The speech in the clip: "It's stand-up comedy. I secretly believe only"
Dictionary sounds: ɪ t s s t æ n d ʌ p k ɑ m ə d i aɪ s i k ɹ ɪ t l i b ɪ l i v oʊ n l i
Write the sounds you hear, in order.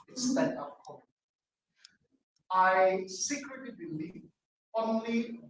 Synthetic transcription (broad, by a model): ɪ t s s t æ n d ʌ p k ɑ ə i s i k ɹ ɪ t l i b ɪ l i v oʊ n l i